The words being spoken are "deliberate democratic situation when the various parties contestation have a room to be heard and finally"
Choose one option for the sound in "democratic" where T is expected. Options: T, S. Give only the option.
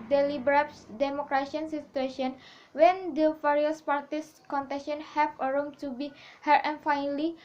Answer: S